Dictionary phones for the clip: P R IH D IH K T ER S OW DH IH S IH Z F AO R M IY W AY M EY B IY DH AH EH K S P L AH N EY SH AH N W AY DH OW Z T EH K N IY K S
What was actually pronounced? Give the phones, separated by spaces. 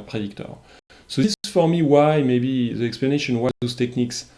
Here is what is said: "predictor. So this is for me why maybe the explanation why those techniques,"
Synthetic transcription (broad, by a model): P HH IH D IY K T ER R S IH IH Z F AO R M IY W AY M EY B IY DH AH EH K S P L AH N EY SH AH N W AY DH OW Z T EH K N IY K S